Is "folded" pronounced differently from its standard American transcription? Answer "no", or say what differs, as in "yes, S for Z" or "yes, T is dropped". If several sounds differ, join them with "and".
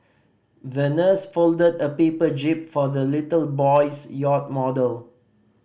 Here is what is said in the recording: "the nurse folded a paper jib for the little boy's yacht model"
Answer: no